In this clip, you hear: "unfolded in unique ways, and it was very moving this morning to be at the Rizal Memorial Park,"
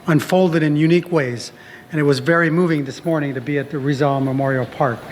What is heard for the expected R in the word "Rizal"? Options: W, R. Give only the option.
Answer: R